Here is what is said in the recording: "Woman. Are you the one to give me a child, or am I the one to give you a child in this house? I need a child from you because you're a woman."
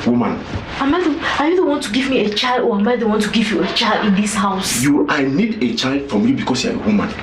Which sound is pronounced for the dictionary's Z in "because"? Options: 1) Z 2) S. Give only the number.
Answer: 2